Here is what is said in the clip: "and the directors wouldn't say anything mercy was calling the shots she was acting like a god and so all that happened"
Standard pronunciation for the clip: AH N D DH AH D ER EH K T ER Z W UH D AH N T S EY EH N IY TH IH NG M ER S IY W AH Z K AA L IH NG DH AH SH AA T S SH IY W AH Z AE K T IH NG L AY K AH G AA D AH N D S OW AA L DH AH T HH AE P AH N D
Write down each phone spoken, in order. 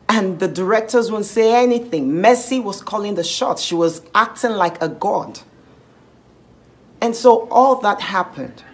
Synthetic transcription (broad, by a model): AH N DH AH D ER EH K T ER Z W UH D N T S EY EH N IY TH IH NG M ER S IY W AH Z K AA L IH NG DH AH SH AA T SH IY W AH Z AE K T IH NG L AY K AH G AA D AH N S OW AA L DH AH T HH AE P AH N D